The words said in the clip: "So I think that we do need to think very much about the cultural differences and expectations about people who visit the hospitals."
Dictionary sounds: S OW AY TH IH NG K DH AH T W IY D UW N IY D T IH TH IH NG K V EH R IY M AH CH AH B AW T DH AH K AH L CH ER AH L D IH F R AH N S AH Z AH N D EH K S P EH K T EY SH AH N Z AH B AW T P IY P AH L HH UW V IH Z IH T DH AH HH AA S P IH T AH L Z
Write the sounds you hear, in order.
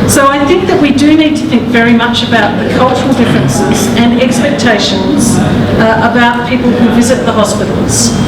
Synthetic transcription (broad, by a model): S OW AY TH IH NG K DH AH T W IY D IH N IY D T IH TH IH NG K V EH R IY M AH CH AH B AW T DH AH K AH L CH ER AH L D IH F R AH N S AH Z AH N EH K S P EH K T EY SH AH N Z AH B AW T P IY P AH L HH UW V IH Z IH T DH AH HH AA S P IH T L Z